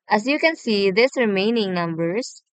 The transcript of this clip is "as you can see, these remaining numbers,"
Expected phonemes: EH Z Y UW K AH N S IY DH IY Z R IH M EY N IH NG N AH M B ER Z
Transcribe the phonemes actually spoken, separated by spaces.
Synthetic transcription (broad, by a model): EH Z Y UW K AH N S IY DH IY S R IH M EY N IH NG N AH M B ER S